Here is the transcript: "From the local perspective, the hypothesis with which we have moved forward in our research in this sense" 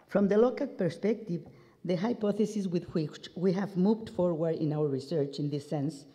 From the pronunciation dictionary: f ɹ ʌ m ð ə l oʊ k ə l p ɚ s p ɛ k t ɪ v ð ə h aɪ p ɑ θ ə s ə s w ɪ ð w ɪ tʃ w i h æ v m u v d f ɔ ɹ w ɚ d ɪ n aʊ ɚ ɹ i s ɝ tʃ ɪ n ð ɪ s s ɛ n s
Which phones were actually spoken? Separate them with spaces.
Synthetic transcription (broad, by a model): f ɹ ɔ m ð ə l oʊ k ə l p ɚ s p ɛ k t ɪ v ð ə h aɪ p ɑ θ ə s ə s w ɪ ð w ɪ tʃ w i h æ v m u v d f ɔ ɹ w ɚ d ɪ n aʊ ɚ ɹ i s ɝ tʃ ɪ n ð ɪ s s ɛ n s